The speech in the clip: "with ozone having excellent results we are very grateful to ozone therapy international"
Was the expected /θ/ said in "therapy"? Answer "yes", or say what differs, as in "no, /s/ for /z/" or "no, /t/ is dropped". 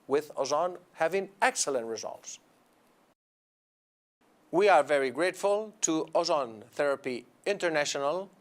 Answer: yes